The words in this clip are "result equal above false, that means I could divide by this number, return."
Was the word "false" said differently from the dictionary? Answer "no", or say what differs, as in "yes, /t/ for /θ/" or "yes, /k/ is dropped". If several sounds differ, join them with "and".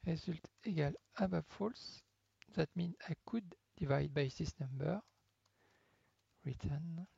no